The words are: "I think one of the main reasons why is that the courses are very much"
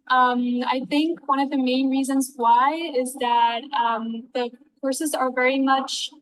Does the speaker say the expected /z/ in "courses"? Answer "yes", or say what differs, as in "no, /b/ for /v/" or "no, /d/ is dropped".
yes